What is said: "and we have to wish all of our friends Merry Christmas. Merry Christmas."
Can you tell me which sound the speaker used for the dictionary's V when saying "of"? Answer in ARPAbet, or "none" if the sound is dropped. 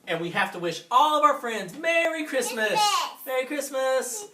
V